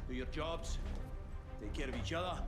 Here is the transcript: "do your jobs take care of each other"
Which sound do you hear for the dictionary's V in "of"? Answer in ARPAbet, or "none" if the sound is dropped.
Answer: V